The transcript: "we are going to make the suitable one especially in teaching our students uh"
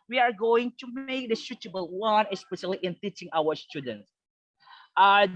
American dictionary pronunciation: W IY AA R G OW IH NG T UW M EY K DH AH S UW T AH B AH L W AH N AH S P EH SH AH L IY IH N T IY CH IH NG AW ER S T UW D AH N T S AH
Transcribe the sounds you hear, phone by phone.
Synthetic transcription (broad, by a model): W IY AA R G OW IH NG T UW M EY K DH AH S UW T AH B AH L W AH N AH S P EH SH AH L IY IH N T IY CH IH NG AW ER S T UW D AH N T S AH